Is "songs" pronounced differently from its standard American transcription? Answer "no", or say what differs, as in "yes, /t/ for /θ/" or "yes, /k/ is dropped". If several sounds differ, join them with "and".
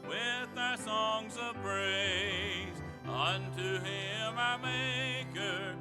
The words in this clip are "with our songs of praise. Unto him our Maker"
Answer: no